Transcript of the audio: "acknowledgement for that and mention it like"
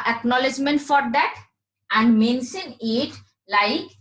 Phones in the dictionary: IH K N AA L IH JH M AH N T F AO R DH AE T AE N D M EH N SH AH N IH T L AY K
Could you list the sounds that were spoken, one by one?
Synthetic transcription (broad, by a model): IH K N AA L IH JH M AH N T F AO R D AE T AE N D M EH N S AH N IH T L AY K